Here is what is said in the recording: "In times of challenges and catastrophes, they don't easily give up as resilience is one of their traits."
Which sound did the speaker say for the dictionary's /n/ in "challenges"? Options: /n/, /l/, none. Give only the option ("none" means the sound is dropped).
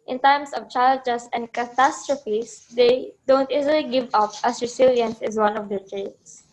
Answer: /l/